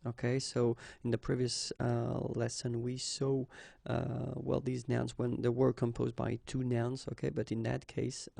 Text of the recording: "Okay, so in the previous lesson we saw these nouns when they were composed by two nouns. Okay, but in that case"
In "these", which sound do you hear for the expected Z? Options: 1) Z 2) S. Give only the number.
1